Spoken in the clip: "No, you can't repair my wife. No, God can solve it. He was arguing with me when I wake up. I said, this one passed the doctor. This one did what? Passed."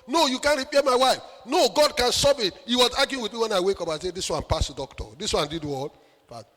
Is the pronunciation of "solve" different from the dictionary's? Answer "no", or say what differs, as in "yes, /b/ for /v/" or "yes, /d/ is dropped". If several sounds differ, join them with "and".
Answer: yes, /l/ is dropped